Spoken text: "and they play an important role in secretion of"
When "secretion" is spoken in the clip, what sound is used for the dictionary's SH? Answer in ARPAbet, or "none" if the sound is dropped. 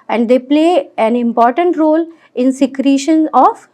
SH